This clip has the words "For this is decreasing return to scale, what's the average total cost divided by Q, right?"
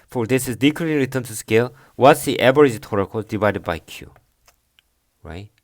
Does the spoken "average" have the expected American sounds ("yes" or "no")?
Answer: no